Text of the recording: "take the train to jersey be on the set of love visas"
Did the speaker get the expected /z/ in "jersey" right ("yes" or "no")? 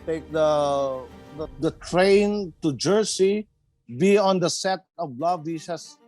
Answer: no